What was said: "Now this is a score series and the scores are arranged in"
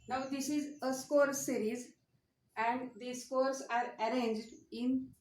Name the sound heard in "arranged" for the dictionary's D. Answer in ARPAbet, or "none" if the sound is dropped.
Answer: D